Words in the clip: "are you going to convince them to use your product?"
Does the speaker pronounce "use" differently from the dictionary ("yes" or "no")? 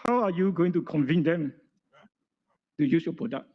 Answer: no